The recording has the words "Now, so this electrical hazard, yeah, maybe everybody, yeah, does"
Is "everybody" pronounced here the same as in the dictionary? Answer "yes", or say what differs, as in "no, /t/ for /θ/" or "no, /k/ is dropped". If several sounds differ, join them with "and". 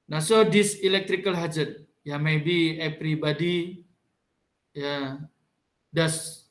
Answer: no, /p/ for /v/